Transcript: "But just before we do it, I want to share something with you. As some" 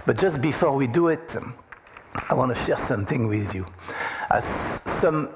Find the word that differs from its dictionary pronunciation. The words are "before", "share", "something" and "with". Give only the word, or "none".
none